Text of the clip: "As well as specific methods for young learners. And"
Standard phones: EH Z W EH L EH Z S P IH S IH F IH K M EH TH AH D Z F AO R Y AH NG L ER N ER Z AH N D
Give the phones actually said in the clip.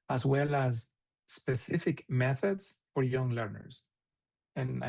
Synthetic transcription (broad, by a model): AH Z W EH L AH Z S P IH S IH F IH K M EH TH AH D Z F AO R Y AH NG L ER N ER Z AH N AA